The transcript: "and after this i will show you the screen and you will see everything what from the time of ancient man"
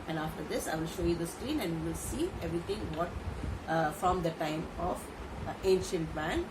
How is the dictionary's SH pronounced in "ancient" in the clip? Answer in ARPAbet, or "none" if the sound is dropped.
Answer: SH